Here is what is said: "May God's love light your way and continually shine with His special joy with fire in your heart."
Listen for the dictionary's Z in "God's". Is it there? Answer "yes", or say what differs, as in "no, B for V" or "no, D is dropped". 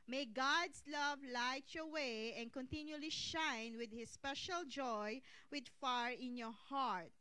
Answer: no, S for Z